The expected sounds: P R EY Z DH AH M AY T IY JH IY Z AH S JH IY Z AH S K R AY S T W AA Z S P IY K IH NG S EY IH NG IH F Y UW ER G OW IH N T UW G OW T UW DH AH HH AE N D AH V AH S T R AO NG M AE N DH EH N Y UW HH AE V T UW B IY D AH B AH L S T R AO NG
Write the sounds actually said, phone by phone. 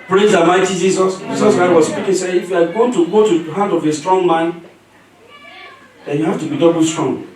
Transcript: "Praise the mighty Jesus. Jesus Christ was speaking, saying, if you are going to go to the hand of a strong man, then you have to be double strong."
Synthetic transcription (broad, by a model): P R EY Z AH M AY T IY JH IY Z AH S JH IY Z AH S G AY W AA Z S P IY K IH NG S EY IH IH F Y UW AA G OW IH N T UW G OW T UW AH HH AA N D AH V AH S T R AO NG M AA N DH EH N Y UW HH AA F T UW B IY D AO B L S T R AO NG